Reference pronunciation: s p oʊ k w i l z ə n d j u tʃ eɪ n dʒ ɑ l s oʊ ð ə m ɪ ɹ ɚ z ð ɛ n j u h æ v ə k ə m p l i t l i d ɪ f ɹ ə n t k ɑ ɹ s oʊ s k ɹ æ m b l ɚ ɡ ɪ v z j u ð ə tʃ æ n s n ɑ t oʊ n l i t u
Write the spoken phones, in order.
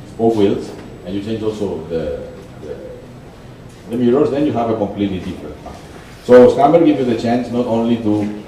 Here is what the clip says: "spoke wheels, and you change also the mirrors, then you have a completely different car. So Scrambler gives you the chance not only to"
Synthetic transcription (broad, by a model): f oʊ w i l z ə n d j u tʃ eɪ n dʒ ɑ l s oʊ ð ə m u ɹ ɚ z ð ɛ n j u h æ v ə k ə m p l i t l i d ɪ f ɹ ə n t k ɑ s oʊ s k æ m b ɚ ɡ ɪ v j u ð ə tʃ æ n s n ɑ t oʊ n l i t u